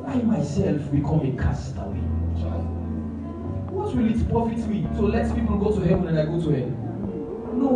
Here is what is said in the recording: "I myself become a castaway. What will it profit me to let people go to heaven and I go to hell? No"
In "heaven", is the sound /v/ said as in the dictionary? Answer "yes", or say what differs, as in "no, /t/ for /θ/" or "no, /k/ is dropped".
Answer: no, /w/ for /v/